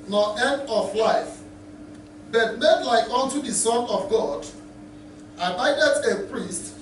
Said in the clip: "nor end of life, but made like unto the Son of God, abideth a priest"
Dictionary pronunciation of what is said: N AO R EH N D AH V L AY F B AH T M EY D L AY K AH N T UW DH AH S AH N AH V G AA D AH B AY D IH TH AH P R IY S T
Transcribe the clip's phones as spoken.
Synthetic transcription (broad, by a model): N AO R EH N D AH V L AY F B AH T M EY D L AY K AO N T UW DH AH S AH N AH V G AA D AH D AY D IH T AH P R IY S T